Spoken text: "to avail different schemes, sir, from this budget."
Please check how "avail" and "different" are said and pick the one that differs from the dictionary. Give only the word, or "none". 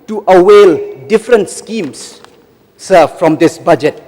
avail